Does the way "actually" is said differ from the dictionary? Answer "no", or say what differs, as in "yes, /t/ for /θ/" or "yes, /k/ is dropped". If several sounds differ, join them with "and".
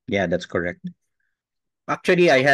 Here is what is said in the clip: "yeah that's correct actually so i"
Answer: yes, /l/ is dropped